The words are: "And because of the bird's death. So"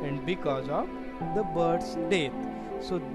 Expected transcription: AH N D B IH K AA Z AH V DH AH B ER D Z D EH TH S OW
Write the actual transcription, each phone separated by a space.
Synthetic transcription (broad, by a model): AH N D B IH K AA Z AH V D AH B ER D S D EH T S OW